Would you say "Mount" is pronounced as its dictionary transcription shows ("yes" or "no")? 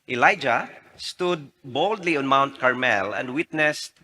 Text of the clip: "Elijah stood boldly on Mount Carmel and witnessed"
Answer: yes